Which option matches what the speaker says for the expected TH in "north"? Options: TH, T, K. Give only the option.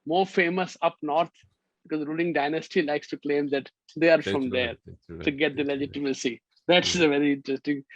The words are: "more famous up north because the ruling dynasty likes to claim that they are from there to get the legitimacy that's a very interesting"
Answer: T